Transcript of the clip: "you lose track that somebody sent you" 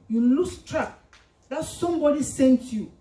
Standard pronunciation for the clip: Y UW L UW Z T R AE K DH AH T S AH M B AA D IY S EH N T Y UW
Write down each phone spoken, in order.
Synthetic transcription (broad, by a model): Y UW L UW S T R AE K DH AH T S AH M B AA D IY S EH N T Y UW